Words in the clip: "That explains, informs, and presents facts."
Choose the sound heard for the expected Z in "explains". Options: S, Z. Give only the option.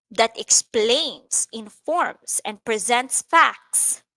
S